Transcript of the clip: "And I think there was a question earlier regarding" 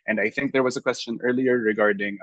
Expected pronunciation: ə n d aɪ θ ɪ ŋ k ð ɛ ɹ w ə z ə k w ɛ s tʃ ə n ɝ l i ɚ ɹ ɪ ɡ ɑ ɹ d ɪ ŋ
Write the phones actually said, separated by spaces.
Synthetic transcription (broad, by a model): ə n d aɪ θ ɪ ŋ k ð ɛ ɹ w ə z ə k w ɛ s tʃ ə n ɝ l i ɚ ɹ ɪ ɡ ɑ ɹ d ɪ ŋ